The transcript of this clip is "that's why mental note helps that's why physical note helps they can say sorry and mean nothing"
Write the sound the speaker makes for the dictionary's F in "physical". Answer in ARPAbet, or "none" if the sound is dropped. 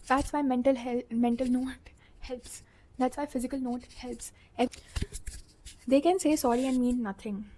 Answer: F